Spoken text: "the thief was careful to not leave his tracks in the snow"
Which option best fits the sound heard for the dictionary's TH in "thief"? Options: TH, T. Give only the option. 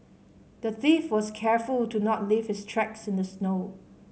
TH